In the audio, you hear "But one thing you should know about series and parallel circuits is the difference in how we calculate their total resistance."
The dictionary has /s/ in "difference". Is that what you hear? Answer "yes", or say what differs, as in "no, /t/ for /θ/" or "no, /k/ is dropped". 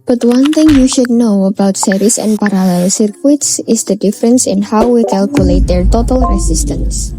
yes